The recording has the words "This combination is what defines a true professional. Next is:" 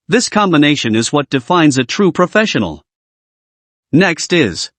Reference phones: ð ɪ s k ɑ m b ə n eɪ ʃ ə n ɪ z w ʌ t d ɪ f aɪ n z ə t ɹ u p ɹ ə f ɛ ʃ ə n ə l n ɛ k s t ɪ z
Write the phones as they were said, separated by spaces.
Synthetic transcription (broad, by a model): ð ɪ s k ɑ m b ə n eɪ ʃ ə n ɪ z w ʌ t d ɪ f aɪ n z ə t ɹ u p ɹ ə f ɛ ʃ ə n l n ɛ k s t ɪ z